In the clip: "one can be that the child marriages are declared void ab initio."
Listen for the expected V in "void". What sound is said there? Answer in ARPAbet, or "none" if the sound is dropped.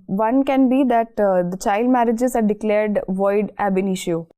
V